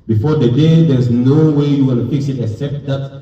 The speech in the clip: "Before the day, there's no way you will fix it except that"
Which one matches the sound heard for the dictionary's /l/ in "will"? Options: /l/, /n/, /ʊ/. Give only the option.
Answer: /n/